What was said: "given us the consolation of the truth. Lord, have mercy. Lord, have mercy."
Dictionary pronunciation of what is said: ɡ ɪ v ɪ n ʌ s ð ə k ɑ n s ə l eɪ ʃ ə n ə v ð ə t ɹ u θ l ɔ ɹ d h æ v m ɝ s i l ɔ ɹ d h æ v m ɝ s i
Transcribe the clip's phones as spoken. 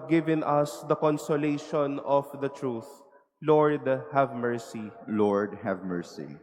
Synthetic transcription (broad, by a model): ɡ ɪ v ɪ n ʌ s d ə k ɑ n s ə l eɪ ʃ ə n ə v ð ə t ɹ u θ l ɔ ɹ d h æ v m ɝ s i l ɔ ɹ d h æ v m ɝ s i